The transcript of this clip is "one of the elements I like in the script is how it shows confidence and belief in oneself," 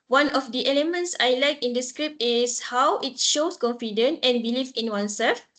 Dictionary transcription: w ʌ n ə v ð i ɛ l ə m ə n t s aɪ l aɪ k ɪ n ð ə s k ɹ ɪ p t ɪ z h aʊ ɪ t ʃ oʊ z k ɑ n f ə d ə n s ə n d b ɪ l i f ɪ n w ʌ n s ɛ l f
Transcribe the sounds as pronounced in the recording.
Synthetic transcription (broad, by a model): w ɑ n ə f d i ɛ l ə m ə n t s aɪ l aɪ k ɪ n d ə s k ɹ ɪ p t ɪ s h aʊ ɪ t ʃ oʊ s k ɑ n f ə d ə n ə n b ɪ l i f ɪ n w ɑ n s ɛ l f